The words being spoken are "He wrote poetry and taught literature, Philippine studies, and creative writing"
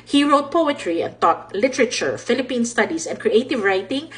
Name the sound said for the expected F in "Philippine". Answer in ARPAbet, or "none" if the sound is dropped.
F